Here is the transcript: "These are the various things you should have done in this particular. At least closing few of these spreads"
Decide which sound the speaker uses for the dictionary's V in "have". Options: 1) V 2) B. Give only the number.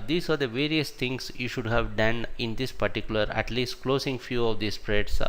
1